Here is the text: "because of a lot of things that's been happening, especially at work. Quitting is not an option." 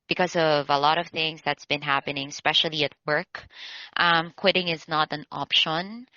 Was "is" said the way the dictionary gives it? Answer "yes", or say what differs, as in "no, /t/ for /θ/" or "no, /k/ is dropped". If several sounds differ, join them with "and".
yes